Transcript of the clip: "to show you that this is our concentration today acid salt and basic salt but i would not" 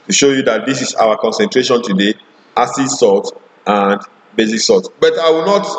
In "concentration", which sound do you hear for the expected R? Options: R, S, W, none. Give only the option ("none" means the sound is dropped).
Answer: R